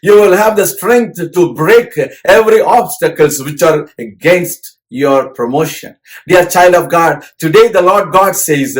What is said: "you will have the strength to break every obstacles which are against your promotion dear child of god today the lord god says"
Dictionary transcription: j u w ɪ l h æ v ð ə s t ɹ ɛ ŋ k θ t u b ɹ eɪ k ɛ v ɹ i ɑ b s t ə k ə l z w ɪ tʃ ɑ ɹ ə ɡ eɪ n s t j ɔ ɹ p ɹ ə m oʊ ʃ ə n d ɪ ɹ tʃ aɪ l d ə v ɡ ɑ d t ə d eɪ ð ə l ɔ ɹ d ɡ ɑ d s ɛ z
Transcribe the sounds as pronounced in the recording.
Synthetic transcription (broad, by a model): j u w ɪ l h æ v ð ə s t ɹ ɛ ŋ k t t u b ɹ eɪ k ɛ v ɹ i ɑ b s t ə k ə l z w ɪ tʃ ɑ ɹ ə ɡ eɪ n s t j ɔ ɹ p ɹ ə m oʊ ʃ ə n d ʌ ɹ tʃ aɪ l d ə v ɡ ɑ d t ə d eɪ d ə l ɔ ɹ d ɡ ɑ d s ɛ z